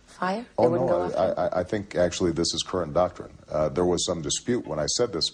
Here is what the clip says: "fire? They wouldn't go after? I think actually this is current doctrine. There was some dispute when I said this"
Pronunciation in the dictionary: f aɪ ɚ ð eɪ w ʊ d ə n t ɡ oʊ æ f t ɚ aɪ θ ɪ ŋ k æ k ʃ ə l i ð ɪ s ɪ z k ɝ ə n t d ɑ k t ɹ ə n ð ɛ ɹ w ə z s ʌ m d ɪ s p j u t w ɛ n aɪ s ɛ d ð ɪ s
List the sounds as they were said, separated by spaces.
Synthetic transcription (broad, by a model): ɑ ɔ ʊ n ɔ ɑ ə t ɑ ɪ t aɪ θ ɪ ŋ k æ k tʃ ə l i ð ɪ s ɪ z k ɝ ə n d ɑ k t ɹ ə n ð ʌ ɹ w ə z s ʌ m d ɪ s p j u t w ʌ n aɪ s ɛ d ð ɪ s